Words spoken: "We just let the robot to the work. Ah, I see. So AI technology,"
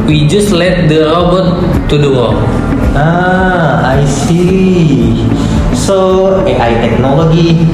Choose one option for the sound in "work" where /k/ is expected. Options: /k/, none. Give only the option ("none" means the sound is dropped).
none